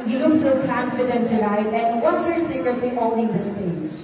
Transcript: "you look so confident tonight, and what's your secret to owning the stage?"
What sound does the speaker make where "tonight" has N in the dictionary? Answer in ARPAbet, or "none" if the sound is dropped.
L